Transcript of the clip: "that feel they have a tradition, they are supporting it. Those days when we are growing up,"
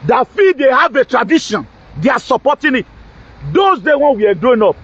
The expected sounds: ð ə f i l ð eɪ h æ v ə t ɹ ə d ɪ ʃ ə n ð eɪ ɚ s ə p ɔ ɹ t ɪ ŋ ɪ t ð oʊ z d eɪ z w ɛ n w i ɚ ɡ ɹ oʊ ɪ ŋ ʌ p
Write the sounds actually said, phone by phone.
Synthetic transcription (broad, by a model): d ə f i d eɪ h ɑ v ə t ɹ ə d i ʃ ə n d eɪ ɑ s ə p ɔ t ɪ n ɪ t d oʊ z d eɪ w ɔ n w i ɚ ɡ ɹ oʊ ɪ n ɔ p